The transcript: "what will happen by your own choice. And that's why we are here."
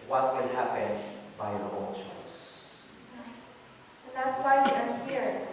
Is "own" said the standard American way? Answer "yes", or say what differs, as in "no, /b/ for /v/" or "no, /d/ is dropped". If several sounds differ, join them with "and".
no, /l/ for /n/